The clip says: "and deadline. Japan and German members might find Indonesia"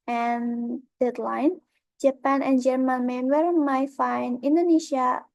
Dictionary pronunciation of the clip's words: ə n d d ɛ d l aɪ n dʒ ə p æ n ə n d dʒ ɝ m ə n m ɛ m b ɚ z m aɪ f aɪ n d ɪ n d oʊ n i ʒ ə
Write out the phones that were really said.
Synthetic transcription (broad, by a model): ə n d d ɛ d l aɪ n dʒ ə p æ n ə n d dʒ ɝ m ə n m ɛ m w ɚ m aɪ f aɪ n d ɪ n d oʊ n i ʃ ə